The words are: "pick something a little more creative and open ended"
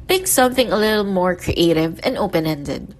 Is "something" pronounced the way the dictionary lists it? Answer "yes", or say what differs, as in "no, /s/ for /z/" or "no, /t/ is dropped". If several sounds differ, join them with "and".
yes